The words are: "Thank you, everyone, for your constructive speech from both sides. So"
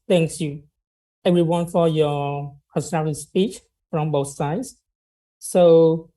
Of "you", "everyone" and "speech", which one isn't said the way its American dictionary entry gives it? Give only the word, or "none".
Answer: none